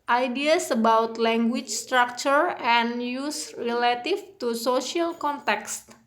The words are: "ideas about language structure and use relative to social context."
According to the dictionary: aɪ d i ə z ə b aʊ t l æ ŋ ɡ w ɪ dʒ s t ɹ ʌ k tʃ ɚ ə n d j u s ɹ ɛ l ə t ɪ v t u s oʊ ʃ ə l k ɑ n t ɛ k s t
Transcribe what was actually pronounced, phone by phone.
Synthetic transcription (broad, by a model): aɪ d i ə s ə b aʊ t l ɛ ŋ ɡ w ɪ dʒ s t ɹ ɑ k tʃ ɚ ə n j u s ɹ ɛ l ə t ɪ f t u s oʊ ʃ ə l k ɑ n t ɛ k s t